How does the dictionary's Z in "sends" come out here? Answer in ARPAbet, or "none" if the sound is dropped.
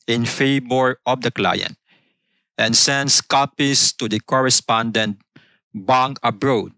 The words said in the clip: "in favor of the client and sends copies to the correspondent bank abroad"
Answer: S